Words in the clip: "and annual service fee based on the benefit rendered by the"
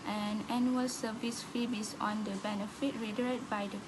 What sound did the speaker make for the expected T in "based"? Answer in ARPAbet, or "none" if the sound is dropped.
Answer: none